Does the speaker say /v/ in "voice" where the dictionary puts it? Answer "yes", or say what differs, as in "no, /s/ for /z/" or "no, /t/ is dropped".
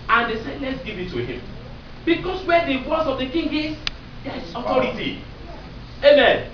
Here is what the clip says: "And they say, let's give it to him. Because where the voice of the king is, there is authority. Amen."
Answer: no, /w/ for /v/